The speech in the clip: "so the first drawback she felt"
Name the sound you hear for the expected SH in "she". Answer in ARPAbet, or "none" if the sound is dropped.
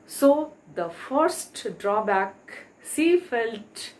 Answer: S